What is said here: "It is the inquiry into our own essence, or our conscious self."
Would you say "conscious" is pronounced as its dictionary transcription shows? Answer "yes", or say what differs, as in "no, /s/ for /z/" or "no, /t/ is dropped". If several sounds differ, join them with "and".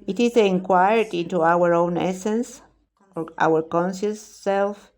no, /s/ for /ʃ/